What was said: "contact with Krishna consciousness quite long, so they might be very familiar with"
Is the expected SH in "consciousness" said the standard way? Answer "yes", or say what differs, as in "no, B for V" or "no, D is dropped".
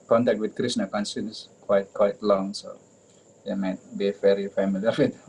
no, S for SH